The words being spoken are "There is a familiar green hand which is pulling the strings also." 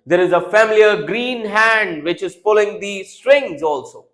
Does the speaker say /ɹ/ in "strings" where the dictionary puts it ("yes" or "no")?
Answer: yes